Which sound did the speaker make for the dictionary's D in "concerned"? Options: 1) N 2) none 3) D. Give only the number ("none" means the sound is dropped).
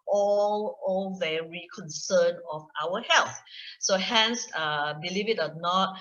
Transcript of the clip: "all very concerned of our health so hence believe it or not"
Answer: 2